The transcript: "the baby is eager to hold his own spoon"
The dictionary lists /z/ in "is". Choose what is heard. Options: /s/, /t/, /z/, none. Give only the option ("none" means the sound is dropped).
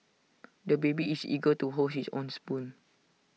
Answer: /s/